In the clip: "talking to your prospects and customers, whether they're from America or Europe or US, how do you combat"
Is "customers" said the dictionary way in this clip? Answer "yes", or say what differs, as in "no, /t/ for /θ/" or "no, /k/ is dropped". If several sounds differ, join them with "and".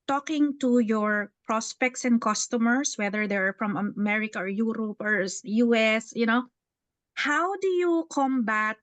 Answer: no, /s/ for /z/